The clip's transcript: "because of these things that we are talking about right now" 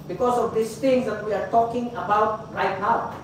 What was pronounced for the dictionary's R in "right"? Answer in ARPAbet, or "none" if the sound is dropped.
R